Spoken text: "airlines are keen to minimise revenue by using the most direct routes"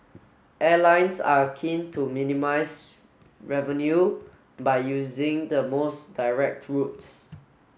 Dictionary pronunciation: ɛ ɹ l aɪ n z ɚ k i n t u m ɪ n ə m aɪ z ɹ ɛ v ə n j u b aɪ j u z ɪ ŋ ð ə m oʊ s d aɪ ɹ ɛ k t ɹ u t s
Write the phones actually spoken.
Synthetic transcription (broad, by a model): ɛ l aɪ n s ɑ k i n t u m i n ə m aɪ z ɹ ɛ v ə n j u b aɪ j u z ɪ ŋ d ə m oʊ s d aɪ ɹ ɛ k t ɹ u t s